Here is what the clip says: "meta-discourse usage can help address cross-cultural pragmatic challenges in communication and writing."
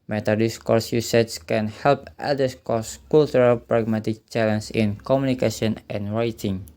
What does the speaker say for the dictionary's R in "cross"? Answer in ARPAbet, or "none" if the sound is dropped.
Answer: none